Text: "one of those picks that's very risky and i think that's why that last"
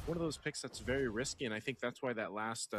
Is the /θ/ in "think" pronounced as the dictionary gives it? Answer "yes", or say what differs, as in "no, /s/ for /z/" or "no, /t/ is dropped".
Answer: yes